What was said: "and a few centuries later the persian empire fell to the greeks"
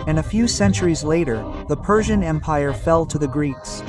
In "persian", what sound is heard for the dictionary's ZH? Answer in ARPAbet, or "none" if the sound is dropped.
ZH